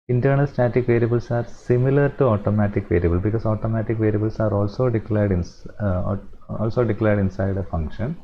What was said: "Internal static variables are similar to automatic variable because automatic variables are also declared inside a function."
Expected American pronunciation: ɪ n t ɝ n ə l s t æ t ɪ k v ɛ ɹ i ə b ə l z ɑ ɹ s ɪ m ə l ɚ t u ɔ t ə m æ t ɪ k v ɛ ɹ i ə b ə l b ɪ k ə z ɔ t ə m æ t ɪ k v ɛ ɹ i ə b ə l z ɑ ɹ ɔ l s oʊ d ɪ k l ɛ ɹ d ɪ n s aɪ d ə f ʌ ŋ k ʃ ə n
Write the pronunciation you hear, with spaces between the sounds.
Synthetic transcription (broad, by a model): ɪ n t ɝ n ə l s t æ t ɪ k v ɛ ɹ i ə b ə l s ɑ ɹ s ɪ m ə l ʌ t u ɔ t ə m æ t ɪ k v ɛ ɹ i ə b ə l b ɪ k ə s ɔ t ə m æ t ɪ k v ɛ ɹ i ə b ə l s ɑ ɹ ɔ l s oʊ d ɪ k l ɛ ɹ d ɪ n s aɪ d ə f ʌ ŋ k ʃ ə n